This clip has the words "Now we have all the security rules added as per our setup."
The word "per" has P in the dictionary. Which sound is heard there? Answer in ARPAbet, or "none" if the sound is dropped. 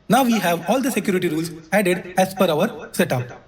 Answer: F